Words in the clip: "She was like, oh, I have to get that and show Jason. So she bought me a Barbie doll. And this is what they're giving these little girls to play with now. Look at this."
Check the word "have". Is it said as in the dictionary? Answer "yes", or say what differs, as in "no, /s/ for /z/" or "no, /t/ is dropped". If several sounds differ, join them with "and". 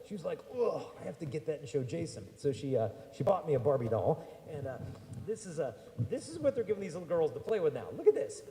no, /f/ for /v/